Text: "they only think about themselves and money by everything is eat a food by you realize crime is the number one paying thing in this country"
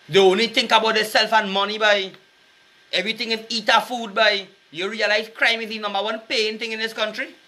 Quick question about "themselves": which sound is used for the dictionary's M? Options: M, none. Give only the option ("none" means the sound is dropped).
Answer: none